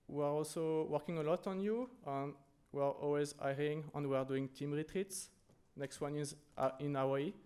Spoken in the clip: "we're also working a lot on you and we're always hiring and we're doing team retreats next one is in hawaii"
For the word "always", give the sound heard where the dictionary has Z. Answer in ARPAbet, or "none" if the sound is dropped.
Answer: Z